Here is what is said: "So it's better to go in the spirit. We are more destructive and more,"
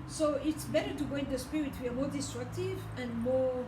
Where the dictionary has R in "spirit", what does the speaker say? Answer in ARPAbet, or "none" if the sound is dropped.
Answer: none